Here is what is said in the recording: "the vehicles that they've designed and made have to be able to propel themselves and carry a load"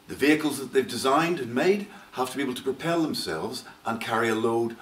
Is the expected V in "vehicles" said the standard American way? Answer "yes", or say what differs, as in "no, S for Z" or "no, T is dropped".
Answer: yes